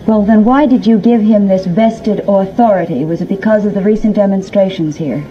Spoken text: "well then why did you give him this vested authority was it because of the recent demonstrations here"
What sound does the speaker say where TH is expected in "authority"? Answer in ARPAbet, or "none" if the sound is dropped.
TH